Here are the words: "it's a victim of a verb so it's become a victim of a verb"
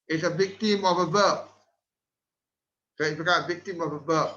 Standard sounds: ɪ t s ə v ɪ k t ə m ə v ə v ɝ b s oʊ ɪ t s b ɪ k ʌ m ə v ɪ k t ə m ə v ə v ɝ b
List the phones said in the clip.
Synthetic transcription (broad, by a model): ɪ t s ə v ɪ k t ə m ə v ə b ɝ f s oʊ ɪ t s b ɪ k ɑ ə v ɪ k t ə m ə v ə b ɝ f